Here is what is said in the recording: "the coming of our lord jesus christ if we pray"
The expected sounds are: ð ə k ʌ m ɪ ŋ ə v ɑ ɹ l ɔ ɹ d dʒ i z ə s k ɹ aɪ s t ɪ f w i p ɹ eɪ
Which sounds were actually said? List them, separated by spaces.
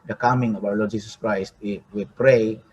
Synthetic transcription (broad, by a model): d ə k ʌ m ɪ ŋ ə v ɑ w l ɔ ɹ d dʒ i s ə s k ɹ aɪ s t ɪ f w i p ɹ eɪ